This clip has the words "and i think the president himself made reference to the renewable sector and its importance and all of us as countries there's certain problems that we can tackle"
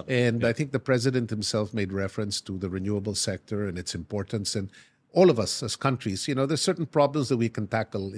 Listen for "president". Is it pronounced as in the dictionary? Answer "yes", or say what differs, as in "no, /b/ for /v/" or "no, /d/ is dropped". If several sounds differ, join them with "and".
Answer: yes